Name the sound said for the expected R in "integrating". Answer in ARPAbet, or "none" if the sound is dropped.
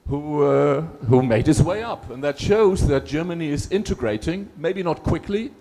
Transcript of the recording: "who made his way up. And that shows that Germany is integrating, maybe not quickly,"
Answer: R